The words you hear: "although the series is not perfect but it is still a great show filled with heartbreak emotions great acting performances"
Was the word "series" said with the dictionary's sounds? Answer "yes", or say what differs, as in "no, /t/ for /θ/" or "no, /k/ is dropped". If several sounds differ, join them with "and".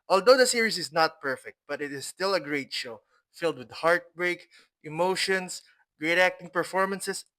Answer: no, /s/ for /z/